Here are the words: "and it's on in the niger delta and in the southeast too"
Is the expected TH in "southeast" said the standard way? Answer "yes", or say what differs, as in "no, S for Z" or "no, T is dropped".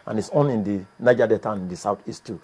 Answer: no, T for TH